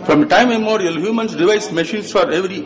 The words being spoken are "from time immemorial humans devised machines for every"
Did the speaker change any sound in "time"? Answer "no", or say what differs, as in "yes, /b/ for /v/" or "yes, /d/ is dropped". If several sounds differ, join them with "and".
yes, /m/ is dropped